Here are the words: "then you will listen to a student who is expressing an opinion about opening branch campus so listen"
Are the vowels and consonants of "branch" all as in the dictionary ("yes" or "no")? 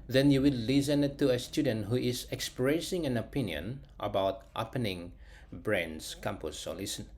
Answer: no